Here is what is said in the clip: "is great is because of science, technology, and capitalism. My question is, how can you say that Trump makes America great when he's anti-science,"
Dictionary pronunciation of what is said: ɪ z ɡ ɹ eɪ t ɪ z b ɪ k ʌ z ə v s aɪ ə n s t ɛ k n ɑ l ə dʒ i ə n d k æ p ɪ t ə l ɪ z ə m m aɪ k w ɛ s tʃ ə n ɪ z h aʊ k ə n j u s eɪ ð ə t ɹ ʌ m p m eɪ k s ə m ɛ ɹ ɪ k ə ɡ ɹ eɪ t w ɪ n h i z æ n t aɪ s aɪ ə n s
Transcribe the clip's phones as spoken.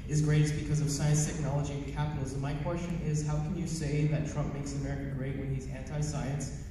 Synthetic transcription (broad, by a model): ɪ z ɡ ɹ eɪ t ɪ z b ɪ k ʌ z ə v s aɪ ə n s t ɛ k n ɑ l ə dʒ i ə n k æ p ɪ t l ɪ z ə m m aɪ k w ɛ s tʃ ə n ɪ z h aʊ k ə n j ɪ s eɪ ð ə t ɹ ʌ m p m eɪ k s ə m ɛ ɹ ɪ k ə ɡ ɹ eɪ t w ɪ n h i z æ n t aɪ s aɪ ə n s